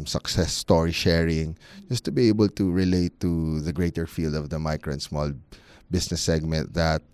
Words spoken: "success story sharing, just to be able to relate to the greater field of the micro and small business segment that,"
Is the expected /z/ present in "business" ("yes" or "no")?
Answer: no